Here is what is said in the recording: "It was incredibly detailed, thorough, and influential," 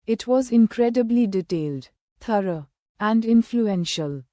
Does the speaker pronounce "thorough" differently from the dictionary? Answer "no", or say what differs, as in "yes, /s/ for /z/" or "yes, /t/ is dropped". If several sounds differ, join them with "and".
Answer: yes, /t/ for /θ/